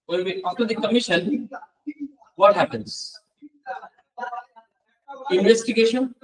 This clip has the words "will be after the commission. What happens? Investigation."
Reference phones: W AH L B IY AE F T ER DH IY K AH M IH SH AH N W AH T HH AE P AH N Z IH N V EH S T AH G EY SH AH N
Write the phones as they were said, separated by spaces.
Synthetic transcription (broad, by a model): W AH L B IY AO T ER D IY K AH M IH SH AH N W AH T HH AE P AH N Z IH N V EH S T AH G EY SH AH N